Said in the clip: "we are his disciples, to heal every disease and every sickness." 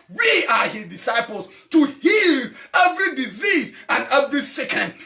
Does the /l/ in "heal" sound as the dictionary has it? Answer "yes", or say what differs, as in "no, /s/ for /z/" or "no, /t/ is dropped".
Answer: yes